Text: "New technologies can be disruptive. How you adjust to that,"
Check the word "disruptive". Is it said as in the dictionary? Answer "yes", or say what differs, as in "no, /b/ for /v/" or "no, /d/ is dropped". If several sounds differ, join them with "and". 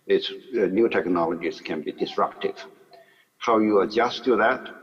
yes